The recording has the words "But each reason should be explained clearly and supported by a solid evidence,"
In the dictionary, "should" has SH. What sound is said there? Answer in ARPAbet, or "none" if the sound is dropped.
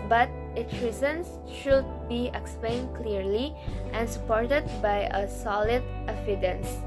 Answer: SH